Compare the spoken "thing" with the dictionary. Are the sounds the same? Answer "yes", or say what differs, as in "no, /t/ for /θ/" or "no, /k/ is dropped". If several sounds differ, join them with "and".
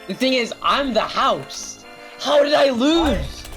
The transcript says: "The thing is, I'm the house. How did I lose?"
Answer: yes